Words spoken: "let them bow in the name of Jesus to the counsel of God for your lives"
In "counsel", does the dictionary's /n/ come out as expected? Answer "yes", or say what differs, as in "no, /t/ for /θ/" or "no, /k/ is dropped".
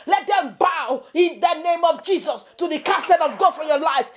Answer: no, /n/ is dropped